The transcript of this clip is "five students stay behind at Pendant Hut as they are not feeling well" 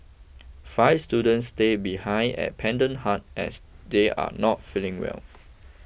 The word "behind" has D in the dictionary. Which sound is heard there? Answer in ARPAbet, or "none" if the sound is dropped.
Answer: none